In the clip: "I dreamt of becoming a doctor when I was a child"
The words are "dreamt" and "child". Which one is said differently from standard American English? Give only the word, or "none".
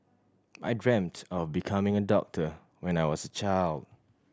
none